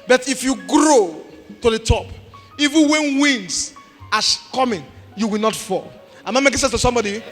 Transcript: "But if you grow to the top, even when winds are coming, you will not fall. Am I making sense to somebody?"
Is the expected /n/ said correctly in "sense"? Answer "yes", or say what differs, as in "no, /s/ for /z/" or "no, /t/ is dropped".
no, /n/ is dropped